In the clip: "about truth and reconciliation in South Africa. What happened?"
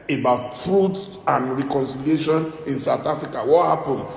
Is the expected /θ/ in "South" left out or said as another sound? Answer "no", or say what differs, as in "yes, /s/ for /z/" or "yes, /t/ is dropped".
yes, /t/ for /θ/